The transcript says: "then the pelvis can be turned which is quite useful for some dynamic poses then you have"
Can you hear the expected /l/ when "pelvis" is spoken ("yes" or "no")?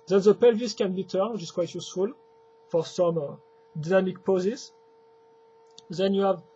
yes